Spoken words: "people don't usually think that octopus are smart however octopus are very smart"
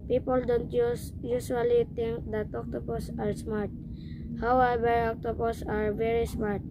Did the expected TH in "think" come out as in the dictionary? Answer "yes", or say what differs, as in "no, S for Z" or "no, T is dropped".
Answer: no, T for TH